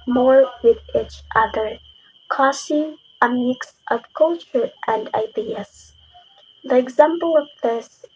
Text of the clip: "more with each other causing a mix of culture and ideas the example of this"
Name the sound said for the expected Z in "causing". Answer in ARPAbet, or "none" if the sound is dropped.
S